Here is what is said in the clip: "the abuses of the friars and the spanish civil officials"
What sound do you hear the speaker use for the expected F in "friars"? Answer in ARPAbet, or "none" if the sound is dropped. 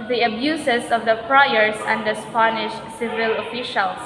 P